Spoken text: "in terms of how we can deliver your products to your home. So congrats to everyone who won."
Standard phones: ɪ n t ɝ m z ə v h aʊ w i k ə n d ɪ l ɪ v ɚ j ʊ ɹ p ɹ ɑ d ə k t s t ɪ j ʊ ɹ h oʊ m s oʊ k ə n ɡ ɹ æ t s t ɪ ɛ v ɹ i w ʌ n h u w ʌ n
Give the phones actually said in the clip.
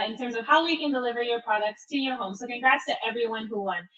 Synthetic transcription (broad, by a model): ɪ n t ɝ m z ə v h aʊ w i k ə n d ɪ l ɪ v ɚ j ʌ ɹ p ɹ ɑ d ə k t s t ɪ j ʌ ɹ h oʊ m s oʊ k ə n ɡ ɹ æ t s t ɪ ɛ v ɹ i w ʌ n h u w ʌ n